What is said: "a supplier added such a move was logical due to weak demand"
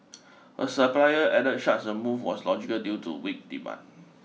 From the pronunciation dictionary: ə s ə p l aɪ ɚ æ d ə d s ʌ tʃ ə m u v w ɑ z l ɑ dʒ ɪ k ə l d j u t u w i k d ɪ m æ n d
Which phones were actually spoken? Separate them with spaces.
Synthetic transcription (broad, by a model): ə s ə p l aɪ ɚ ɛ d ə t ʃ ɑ s ə m u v w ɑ s l ɑ dʒ ɪ k ə l d j u t u w i k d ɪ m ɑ n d